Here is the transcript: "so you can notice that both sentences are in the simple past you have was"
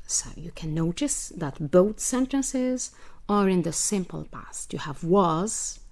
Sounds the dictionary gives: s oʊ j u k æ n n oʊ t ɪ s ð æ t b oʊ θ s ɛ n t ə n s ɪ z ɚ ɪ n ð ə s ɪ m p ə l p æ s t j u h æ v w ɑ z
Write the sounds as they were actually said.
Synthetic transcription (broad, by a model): s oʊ j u k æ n n oʊ t ɪ s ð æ t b oʊ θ s ɛ n t ə n s ɪ z ɚ ɪ n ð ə s ɪ m p ə l p æ s t j u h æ v w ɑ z